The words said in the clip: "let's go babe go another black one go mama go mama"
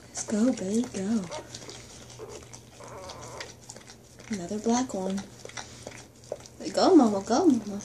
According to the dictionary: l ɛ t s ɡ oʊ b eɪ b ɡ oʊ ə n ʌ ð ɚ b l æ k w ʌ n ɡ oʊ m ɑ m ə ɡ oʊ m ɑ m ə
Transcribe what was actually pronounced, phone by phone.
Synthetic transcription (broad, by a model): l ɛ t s ɡ oʊ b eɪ ɡ oʊ ə n ʌ ð ɚ b l æ k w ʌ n ɡ oʊ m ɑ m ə ɡ oʊ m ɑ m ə